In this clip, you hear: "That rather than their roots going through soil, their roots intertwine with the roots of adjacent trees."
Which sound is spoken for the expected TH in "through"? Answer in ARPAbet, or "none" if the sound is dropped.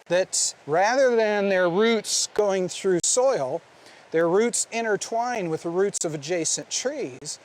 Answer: TH